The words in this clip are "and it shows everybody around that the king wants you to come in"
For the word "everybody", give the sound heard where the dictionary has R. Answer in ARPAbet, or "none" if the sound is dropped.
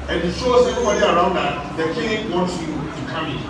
none